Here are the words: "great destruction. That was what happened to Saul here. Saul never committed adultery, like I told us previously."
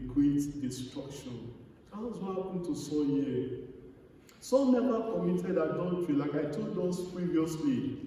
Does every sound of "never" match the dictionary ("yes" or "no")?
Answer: no